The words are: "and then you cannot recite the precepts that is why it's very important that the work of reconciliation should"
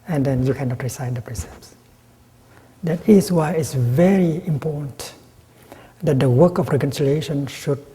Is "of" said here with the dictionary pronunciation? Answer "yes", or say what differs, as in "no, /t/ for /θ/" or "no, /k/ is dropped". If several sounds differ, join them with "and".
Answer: no, /f/ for /v/